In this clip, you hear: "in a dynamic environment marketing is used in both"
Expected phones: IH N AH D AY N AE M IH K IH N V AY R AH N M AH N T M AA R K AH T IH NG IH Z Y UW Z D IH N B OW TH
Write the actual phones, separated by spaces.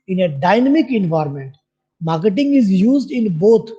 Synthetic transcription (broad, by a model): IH N AH D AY N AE M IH K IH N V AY R M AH N T M AA R K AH T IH NG IH Z Y UW Z D IH N B OW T